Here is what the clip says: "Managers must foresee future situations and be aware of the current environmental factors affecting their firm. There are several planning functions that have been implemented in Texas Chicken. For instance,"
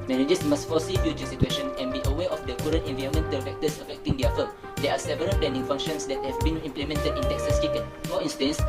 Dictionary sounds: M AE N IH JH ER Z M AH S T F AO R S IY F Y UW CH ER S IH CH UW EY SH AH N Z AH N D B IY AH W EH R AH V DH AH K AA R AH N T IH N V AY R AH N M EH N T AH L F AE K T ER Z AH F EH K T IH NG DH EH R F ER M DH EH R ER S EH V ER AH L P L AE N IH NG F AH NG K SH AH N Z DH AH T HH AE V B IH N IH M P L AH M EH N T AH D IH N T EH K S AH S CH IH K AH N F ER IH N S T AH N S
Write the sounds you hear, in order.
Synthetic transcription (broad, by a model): M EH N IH JH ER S M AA S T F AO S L IY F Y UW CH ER S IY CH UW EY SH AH N AH N B IY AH W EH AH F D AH K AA R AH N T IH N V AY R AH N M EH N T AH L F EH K T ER S AH F EH K T IH NG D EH F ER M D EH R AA S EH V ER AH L P L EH N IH NG F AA NG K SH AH N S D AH T HH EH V B IH N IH M P L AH M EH N T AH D IH N T EH K S AH S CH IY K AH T F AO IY N S T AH N S